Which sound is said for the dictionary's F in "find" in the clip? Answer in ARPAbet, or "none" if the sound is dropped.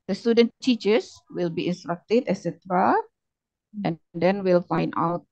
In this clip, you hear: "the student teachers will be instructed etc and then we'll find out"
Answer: F